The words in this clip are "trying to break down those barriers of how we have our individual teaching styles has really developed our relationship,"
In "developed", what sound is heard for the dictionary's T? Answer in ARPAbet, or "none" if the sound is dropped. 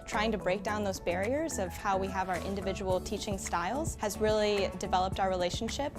T